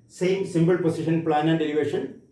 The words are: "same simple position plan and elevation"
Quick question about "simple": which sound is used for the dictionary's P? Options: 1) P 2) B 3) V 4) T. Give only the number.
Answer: 2